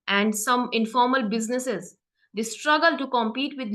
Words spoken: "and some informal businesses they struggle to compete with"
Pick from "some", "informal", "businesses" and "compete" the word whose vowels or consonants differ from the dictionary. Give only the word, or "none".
none